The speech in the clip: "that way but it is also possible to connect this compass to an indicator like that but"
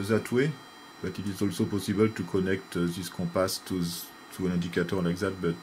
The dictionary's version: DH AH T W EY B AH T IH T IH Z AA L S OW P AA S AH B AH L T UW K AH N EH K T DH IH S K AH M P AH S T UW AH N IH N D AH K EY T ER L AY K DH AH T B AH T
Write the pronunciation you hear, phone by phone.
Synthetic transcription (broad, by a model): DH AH T W EY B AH T IH T IH Z AA L S OW P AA S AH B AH L T UW K AH N EH K T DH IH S K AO P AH S T UW AH N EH D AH K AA T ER L AY K DH AH T B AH T